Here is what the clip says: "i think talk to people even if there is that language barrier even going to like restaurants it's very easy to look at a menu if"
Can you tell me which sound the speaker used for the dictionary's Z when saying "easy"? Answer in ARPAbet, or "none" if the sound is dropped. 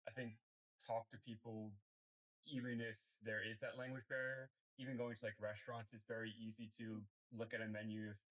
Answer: Z